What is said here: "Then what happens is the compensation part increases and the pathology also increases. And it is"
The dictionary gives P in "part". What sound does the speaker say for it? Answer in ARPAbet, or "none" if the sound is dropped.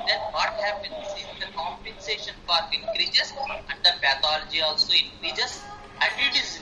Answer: F